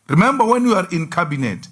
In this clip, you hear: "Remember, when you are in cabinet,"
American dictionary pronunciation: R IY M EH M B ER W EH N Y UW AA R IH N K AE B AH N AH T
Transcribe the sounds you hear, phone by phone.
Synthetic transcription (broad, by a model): R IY M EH M B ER W EH N Y UW AA R IH N K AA B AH N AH T